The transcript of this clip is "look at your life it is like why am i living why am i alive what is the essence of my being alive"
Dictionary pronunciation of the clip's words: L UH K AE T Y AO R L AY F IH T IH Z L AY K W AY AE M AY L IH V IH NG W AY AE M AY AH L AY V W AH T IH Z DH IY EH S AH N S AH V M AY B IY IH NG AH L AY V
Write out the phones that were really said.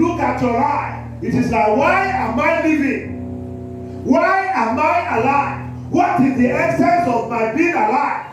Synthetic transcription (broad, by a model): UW K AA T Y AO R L AY IH T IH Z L AY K W AY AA M AY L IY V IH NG W AY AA M AY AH L AY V W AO T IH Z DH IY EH S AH N S AH V M AY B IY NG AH L AY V